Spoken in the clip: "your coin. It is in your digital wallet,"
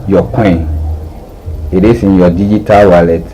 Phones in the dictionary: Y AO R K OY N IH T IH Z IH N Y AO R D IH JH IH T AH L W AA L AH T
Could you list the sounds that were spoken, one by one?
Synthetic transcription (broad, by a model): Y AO K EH IH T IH S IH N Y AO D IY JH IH T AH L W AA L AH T